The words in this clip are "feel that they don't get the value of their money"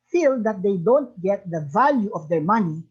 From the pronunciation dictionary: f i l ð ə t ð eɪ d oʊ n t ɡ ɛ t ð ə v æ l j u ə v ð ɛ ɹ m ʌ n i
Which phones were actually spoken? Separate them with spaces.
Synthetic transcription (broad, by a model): f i l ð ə t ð eɪ d oʊ n t ɡ ɛ t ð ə v æ l j u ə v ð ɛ ɹ m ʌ n i